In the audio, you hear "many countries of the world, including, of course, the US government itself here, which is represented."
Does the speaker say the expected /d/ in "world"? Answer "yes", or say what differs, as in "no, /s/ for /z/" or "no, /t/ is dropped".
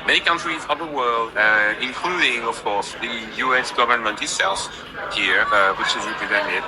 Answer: yes